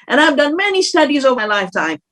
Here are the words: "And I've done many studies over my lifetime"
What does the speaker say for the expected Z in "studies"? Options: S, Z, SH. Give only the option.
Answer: Z